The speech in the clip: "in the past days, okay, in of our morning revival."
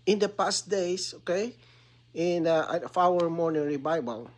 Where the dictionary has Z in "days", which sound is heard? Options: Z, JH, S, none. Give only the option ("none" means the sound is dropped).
S